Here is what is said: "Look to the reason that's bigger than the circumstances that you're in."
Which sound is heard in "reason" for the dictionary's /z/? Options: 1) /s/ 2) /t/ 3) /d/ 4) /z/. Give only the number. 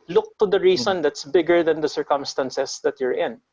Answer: 1